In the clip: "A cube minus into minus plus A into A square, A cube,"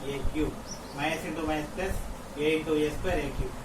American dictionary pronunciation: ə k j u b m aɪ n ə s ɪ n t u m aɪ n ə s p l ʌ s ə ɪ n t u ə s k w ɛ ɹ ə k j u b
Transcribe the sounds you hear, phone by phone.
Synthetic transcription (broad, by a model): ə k j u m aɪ ə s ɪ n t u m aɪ ə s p ʌ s ə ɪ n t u ə s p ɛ ɹ ə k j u